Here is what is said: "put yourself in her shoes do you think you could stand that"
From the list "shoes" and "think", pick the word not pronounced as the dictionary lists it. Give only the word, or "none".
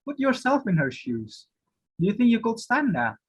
none